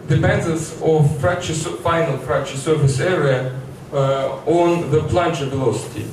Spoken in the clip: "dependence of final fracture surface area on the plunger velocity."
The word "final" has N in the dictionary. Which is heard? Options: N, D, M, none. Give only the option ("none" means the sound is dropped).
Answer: N